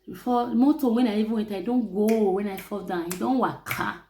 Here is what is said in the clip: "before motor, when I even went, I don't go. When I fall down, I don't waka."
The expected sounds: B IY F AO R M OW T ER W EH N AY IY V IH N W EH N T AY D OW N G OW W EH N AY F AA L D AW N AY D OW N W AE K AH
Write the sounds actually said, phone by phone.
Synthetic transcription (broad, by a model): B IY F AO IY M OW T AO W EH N AY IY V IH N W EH T AY D OW N G OW W EH N AY F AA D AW AY D OW N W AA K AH